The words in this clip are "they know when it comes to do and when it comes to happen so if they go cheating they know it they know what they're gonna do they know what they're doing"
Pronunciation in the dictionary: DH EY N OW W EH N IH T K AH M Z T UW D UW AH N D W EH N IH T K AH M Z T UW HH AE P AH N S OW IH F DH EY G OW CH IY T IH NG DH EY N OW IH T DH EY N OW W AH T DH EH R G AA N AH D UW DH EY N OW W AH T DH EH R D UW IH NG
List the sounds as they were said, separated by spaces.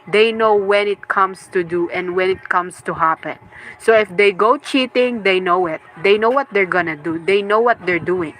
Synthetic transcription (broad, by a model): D EY N OW W EH N IH T K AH M S T UW D UW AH N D W EH N IH T K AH M S T UW HH AE P AH N S OW IH F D EY G OW CH IY T IH NG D EY N OW IH T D EY N OW W AH T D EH R G AA N AH D UW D EY N OW W AH T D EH R D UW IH NG